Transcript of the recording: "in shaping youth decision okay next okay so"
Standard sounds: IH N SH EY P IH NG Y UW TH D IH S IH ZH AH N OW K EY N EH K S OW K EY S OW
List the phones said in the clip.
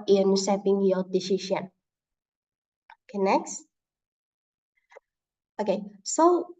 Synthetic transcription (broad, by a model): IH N S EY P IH NG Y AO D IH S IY SH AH N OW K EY N EH K S OW K EY S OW